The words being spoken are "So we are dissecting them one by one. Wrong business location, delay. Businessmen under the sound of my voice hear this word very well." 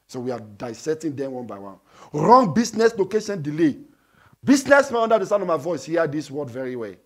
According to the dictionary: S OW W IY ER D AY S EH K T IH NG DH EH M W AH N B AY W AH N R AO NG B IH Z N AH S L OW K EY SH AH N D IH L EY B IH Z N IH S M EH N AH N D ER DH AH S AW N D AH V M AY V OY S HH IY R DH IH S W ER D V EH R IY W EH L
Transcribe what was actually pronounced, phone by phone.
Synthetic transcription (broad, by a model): S OW W IY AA D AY S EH T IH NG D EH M W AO N B AY W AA N R AO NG B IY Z N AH S L OW K EY SH AH N D IH L EY B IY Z N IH S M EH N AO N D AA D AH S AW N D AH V M AY V OY S HH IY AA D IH S W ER D V EH R IY W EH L